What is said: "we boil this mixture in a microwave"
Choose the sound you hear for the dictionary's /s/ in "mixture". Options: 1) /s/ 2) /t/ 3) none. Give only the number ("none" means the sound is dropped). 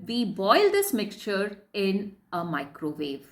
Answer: 1